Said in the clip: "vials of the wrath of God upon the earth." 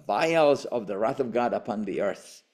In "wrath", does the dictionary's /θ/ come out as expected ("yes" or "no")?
yes